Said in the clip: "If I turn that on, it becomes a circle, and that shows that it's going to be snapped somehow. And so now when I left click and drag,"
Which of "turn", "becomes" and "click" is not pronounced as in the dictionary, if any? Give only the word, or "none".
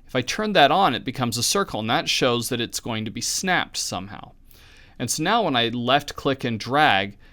none